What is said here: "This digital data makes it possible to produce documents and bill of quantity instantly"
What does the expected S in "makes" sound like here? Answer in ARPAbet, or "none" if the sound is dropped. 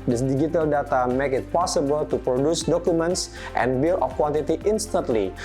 none